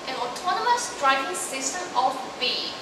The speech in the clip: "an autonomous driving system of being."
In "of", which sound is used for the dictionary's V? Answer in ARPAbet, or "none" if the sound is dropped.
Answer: F